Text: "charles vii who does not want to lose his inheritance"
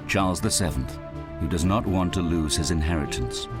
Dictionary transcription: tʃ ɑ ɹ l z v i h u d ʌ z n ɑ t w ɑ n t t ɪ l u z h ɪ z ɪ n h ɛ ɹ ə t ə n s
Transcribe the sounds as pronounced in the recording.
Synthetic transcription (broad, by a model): tʃ ɑ ɹ l z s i h u d ʌ z n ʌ t w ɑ n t t ɪ l u z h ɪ z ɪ n h ɛ ɹ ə t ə n s